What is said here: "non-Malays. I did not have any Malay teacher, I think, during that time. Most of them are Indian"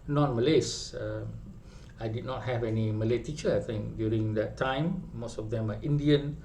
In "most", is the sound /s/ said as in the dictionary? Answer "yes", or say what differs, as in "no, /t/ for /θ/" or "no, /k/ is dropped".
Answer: yes